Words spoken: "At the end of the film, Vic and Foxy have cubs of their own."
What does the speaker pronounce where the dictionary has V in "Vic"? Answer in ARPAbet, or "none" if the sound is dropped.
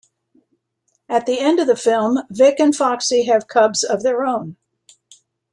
V